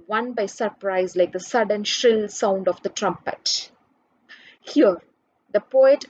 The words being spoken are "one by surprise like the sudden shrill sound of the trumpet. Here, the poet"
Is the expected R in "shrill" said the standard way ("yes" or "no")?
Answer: yes